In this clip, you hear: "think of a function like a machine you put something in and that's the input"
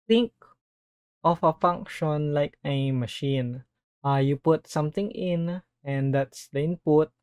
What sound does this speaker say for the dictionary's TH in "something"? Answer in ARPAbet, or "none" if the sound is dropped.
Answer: T